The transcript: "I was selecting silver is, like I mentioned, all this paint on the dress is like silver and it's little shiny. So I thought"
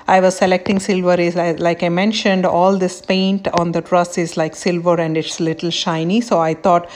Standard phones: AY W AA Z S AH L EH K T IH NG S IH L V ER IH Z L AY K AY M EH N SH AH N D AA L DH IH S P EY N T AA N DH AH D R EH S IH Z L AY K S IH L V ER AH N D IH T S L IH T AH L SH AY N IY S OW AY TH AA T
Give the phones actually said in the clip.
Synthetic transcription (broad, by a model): AY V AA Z S AH L EH K T IH NG S IH L V ER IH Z L AY K AY M EH N SH AH N D AA L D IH S P EY N T AA N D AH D R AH S IH Z L AY K S IH L V ER AH N D IH T S L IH T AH L SH AY N IY S OW AY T AA T